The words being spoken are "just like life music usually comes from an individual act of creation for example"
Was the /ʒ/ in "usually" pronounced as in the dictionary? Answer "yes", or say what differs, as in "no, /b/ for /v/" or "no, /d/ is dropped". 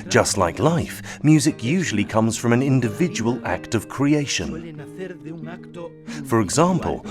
yes